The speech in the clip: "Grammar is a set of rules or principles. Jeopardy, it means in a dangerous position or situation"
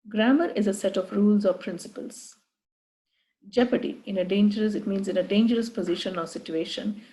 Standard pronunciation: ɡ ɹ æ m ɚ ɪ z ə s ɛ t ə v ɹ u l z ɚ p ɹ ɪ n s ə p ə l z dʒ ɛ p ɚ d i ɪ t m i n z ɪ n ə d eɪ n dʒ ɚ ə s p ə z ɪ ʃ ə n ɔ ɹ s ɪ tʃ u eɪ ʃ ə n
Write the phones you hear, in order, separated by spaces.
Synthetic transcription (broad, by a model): ɡ ɹ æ m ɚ ɪ z ə s ɛ t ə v ɹ u l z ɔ p ɹ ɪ n s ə p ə l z dʒ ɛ p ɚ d i ɪ t m i n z ɪ n ə d eɪ n dʒ ɚ ə s p ə z ɪ ʃ ə n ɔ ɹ s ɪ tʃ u eɪ ʃ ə n